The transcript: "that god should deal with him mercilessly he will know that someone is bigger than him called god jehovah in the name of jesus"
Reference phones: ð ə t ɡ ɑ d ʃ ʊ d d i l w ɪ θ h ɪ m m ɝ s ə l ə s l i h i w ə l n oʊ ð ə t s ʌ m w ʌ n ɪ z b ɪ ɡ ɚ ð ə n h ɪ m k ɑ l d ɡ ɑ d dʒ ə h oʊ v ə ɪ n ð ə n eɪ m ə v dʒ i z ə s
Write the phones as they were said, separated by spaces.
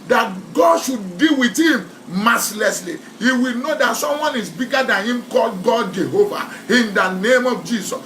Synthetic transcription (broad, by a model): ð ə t ɡ ɑ d ʃ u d d i l w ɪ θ h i m m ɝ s l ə s l i h i w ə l n oʊ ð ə t s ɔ m w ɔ n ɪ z b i ɡ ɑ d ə n h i m k ɑ l d ɡ ɑ d dʒ ə h oʊ v ə ɪ n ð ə n eɪ m ə v dʒ i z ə s